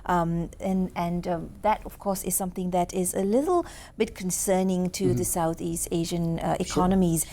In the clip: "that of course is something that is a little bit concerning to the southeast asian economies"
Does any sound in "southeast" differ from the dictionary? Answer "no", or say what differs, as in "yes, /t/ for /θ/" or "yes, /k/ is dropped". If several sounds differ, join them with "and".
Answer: no